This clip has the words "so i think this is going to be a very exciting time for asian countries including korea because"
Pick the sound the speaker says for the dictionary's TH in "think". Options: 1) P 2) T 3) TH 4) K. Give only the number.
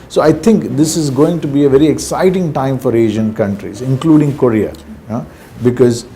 2